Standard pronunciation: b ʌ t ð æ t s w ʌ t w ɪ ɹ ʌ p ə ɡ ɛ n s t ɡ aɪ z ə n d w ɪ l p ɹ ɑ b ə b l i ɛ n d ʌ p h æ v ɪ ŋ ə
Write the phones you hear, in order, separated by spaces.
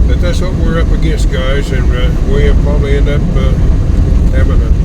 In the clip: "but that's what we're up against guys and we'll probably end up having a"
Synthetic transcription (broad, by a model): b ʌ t ð æ t s w ʌ t w ɪ ɹ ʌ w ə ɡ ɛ s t ɡ aɪ z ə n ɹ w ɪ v p ɹ ɑ b ə b l i ɛ n d ʌ p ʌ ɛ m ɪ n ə